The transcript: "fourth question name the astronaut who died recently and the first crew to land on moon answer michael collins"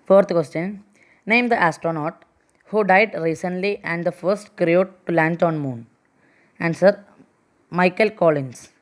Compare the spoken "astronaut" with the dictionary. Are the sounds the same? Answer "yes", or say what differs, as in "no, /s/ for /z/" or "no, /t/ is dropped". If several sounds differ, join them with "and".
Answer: yes